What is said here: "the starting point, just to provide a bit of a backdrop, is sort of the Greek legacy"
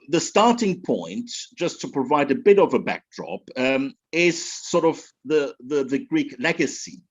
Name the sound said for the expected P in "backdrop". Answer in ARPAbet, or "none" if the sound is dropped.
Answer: P